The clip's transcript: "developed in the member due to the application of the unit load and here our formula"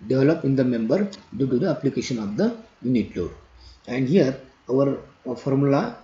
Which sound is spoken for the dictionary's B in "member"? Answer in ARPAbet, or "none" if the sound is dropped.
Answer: B